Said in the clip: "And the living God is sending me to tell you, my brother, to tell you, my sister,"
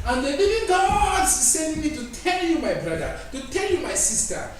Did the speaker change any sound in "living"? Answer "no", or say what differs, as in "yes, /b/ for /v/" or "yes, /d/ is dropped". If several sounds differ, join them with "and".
yes, /n/ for /l/